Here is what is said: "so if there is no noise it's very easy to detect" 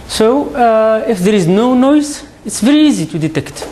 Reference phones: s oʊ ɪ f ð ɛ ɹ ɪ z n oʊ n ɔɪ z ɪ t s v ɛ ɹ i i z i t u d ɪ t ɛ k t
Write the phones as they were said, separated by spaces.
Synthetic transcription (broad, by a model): s oʊ ɪ f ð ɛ ɹ ɪ z n oʊ n ɔɪ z ɪ t s v ɛ ɹ i i z i t u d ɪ t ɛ k t